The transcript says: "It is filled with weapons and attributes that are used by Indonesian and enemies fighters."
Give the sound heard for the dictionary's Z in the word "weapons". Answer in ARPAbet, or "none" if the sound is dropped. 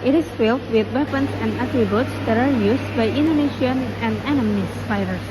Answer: S